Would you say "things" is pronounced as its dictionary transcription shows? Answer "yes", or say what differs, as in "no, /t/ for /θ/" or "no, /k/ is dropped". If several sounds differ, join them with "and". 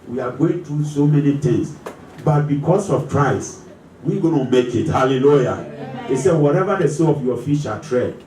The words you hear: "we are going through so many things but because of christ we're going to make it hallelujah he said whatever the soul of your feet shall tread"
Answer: no, /t/ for /θ/ and /s/ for /z/